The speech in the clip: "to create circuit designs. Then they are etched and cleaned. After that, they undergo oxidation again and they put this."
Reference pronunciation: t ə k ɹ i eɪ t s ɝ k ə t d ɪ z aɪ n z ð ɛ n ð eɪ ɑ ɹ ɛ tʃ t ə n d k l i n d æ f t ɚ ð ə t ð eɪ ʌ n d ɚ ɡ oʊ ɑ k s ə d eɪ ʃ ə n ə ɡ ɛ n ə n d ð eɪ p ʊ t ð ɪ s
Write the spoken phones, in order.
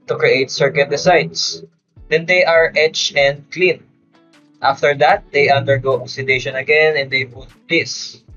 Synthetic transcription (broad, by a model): t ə k ɹ i eɪ t s ɝ k ə t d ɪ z aɪ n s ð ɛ n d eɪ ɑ ɹ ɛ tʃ ə n d k l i n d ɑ f t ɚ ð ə t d eɪ ʌ n d ɚ ɡ oʊ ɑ s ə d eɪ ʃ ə n ə ɡ ɛ n ə n d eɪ b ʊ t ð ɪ s